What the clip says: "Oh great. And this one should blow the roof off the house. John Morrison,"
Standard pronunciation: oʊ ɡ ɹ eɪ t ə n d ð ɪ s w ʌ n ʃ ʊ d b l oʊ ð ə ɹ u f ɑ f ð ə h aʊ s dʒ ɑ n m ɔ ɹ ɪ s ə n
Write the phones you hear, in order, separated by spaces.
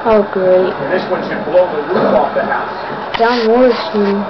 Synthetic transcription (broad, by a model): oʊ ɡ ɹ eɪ ə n ð ɪ s w ʌ n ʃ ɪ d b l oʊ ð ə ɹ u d ɑ f ð ə h aʊ s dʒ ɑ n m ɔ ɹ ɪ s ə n